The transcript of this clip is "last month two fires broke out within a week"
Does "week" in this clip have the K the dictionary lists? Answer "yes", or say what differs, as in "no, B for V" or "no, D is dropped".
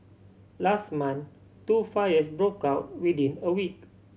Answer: yes